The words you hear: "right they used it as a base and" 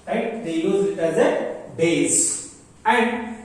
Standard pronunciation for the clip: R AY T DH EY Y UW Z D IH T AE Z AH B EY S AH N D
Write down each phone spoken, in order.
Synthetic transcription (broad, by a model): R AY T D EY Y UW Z IH T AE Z AH B EY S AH N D